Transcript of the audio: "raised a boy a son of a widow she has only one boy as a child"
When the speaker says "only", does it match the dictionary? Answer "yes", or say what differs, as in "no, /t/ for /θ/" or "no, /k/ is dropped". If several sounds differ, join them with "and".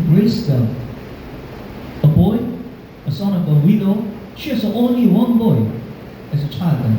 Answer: yes